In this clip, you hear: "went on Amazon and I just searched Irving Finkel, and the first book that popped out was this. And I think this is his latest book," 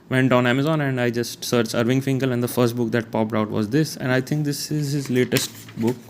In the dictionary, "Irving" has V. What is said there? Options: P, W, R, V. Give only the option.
V